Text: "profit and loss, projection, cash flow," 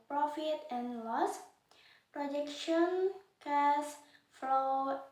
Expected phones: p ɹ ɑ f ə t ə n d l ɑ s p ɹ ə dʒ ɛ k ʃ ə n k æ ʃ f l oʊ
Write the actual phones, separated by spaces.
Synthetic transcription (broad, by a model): p ɹ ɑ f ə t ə n l ɑ s p ɹ ə dʒ ɛ k ʃ ə n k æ s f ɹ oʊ